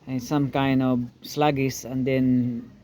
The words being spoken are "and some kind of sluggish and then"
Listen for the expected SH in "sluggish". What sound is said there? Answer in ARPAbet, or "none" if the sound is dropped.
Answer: S